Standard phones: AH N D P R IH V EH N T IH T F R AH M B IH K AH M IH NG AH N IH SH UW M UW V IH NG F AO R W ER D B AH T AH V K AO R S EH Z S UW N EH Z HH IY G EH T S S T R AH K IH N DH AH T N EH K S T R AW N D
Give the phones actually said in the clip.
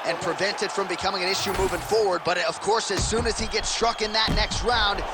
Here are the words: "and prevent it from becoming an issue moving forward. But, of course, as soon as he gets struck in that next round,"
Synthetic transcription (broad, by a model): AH N P R IH V EH N T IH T F R AH M B IH K AH M IH NG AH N IH SH UW M UW V IH NG F AO R W ER D B AH T AH V K AO R S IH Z S UW N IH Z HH IY G EH T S S T R AH K IH N DH AH T N EH K S T R AW N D